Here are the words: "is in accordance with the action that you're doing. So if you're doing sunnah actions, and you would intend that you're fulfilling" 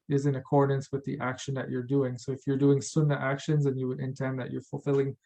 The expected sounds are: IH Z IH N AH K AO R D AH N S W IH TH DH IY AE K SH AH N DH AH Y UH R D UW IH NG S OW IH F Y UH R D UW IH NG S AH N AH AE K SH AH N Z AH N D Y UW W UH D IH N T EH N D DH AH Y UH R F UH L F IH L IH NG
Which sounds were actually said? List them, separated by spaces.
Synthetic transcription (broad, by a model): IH Z IH N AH K AO R D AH N S W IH DH IY AE K SH AH N DH AH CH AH R D UW IH NG S OW IH F Y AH R D UW IH NG S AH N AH AE K SH AH N Z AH N Y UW W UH D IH N T EH N DH AH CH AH R F L F IH L IH NG